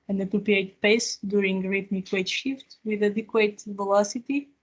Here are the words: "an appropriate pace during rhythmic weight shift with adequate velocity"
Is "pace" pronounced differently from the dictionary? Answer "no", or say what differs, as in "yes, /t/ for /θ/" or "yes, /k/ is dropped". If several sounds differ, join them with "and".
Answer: no